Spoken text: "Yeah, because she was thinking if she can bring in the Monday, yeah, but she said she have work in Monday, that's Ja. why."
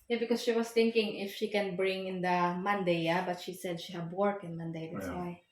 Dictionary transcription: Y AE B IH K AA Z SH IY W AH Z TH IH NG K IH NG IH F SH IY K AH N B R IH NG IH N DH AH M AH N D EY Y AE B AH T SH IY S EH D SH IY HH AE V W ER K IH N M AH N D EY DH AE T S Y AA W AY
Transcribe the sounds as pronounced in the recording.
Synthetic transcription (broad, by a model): Y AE B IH K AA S SH IY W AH S TH IH NG K IH NG IH F SH IY K AH N B R IH NG IH N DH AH M AH N D EY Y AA B AH T SH IY S EH D SH IY HH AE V W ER K IH N M AH N D EY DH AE T S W AY